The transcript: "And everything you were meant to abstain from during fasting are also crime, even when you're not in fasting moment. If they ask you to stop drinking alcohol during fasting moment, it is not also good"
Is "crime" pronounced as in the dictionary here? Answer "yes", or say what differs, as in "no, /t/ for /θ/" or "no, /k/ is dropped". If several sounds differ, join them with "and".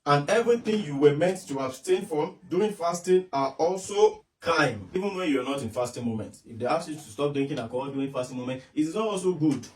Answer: no, /ɹ/ is dropped